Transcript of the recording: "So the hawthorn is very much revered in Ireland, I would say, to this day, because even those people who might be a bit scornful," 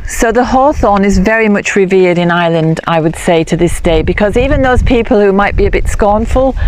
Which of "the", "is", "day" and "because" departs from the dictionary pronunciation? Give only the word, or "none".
none